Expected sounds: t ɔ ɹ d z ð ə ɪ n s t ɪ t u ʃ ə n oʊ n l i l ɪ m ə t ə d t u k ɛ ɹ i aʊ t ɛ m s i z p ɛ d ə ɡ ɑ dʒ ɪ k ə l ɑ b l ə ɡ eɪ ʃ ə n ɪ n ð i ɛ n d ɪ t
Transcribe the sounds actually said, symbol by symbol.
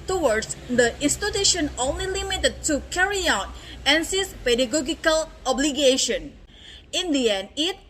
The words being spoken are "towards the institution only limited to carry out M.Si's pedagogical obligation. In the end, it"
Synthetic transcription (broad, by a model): t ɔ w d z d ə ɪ n s t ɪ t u ʃ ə n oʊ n l i l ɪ m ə t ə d t u k ɛ ɹ i aʊ t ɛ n s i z p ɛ d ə ɡ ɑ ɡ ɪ k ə l ɑ b l ə ɡ eɪ ʃ ə n ɪ n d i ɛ n ɪ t